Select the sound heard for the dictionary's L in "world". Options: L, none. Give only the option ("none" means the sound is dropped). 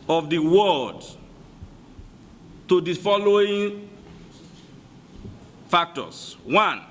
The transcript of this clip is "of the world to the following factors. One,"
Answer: none